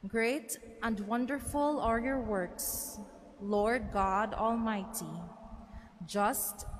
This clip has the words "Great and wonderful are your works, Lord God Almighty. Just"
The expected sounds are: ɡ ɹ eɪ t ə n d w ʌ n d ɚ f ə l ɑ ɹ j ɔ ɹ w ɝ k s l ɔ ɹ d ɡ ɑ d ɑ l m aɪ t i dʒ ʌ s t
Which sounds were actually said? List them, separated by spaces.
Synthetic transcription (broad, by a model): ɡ ɹ eɪ t ə n d w ʌ n d ɚ f ə l ɑ ɹ j ɔ ɹ w ɝ k s l ɔ ɹ d ɡ ɑ d ɑ l m aɪ t i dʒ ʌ s t